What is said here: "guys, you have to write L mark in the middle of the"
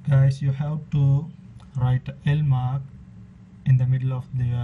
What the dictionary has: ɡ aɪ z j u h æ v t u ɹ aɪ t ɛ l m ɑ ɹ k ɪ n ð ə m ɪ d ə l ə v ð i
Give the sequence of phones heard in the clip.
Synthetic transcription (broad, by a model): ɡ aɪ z j u h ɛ p t u ɹ aɪ t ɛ l m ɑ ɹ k ɪ n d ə m ɪ d ə l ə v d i